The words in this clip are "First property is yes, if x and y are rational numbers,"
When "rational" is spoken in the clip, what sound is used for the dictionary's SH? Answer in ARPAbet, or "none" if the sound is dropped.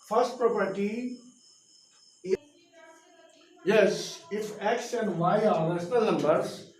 S